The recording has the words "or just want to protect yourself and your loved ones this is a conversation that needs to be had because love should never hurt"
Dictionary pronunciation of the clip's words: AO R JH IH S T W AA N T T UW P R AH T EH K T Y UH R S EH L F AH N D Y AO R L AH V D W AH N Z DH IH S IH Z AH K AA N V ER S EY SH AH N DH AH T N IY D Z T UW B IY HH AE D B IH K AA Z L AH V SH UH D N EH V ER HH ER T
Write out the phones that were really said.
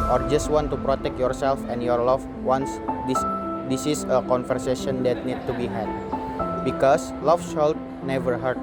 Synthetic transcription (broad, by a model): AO R JH IH S T W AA N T T UW P R AH T EH K T Y UH R S EH L F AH N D Y AO R L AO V W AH N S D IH S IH S AH K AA N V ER S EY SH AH N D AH T N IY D T UW B IY HH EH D B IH K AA S L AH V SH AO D N EH V ER HH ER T